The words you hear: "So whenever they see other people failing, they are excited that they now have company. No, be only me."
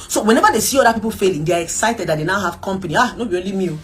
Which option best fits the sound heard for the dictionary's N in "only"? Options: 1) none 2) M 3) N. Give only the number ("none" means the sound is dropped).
1